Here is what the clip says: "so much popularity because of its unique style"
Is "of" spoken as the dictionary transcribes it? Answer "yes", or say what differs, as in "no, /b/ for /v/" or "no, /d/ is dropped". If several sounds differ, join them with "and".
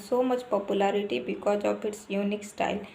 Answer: no, /p/ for /v/